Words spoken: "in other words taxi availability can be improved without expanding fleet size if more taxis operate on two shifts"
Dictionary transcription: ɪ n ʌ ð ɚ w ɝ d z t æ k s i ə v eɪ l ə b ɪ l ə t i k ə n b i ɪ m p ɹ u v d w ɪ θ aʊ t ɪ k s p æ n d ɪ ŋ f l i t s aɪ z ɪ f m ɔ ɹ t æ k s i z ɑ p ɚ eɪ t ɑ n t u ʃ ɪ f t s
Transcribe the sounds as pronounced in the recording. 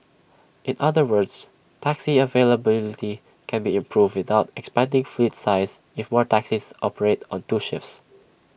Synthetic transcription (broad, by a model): ɪ n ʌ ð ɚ w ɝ d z t æ k s i ə v eɪ l ə b ɪ l ə t i k ə n b i ɪ m p ɹ u v d w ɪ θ aʊ t ɪ k s p æ n d ɪ ŋ f l i t s aɪ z ɪ f m ɔ ɹ t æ k s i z ɑ p ɚ eɪ t ɑ n t u ʃ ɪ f s